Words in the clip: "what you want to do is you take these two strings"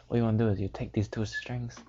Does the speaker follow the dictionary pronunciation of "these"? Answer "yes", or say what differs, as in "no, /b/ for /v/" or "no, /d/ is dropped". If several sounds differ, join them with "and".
no, /s/ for /z/